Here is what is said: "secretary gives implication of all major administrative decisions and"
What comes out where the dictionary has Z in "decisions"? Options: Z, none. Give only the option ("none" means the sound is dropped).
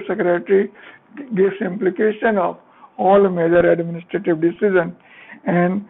none